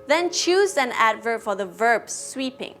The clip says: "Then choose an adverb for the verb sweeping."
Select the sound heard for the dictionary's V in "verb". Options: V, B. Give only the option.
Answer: V